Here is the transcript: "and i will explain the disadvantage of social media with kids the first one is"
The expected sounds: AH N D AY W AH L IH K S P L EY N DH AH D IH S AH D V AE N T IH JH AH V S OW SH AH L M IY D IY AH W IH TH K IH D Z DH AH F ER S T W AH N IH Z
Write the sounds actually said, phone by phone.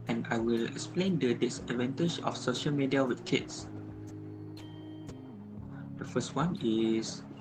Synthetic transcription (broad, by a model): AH N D AY W AH L IH K S P L EY N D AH D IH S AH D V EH N T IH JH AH F S OW SH AH L M IY D IY AH W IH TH K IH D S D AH F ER S T W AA N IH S